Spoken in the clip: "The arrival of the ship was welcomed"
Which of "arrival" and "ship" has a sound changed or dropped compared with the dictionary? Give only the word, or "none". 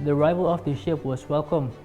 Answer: none